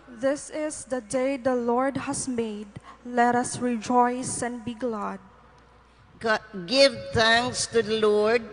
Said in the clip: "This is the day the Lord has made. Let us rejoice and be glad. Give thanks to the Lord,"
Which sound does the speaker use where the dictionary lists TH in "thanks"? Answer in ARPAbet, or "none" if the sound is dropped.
T